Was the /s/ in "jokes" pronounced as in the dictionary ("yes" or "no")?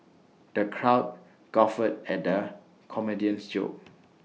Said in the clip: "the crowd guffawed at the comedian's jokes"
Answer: no